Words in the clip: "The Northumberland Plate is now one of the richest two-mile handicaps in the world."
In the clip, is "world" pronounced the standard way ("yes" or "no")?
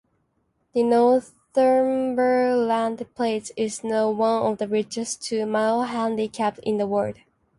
no